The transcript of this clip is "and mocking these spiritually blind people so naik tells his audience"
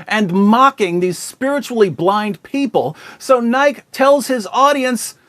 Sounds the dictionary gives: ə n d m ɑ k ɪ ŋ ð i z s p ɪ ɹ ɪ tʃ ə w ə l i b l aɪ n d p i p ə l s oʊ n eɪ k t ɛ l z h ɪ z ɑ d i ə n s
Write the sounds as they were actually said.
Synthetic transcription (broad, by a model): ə n m ɑ k ɪ ŋ ð i z s p ɪ ɹ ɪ tʃ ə l i b l aɪ n d p i p ə l s oʊ n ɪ k t ɛ l z h ɪ z ɑ d i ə n s